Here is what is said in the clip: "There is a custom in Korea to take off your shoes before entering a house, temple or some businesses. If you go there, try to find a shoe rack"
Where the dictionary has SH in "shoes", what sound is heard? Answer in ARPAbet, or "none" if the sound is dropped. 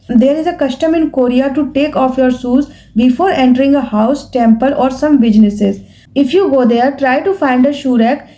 S